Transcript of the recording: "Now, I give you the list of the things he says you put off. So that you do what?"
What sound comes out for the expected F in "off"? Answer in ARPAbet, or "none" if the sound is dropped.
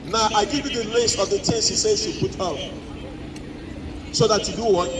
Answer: P